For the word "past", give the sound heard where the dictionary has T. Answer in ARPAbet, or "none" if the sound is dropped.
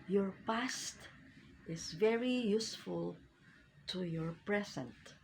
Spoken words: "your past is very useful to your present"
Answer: T